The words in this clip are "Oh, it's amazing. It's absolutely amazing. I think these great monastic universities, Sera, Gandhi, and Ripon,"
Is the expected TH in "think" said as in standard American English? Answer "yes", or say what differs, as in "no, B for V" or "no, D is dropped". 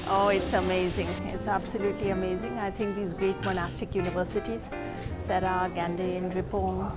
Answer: no, T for TH